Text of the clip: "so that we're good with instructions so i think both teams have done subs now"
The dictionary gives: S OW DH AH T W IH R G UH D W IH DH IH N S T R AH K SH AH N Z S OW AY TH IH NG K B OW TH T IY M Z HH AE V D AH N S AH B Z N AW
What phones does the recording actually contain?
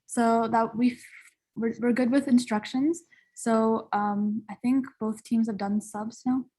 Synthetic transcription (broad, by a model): S OW DH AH T W IH R G UH D W IH DH IH N S T R AH K SH AH N Z S OW AY TH IH NG K B OW TH T IY M Z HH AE V D AH N S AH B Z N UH